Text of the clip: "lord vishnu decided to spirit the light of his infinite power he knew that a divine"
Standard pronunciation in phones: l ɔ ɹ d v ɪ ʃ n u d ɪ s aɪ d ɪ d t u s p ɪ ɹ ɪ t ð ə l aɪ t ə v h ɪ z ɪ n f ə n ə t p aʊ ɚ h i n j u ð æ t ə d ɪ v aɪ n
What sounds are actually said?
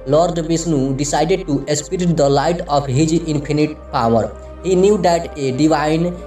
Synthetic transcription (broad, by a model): l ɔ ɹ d b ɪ s n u d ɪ s aɪ d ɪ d t u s p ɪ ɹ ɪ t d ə l aɪ t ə p h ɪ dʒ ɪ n p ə n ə t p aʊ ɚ h i n j u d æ t ə d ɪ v aɪ n